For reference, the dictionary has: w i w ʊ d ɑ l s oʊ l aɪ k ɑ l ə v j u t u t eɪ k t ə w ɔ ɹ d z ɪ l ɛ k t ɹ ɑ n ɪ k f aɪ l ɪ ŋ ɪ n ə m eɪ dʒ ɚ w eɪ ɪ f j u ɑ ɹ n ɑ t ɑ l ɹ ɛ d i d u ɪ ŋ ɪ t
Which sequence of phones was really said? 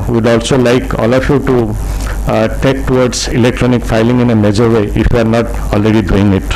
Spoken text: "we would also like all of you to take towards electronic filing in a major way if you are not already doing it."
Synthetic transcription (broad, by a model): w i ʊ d ɑ l s oʊ l aɪ k ɑ l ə f j u t u t eɪ k t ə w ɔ ɹ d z ɪ l ɛ k t ɹ ɑ n ɪ k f aɪ l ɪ ŋ ɪ n ə m eɪ dʒ ɚ w eɪ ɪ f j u ɑ ɹ n ɑ t ɑ l ɹ ɛ d i d u ɪ ŋ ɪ t